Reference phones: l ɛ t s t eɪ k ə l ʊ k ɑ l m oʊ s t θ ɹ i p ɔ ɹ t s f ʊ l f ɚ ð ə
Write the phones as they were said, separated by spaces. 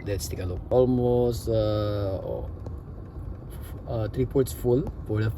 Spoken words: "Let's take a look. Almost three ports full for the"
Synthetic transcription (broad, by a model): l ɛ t s t eɪ k ə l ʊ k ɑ l m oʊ s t t ɹ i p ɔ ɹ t s f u l p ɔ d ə